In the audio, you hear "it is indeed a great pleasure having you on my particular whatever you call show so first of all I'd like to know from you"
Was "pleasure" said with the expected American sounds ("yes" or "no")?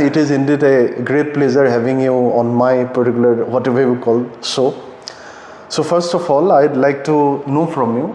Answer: no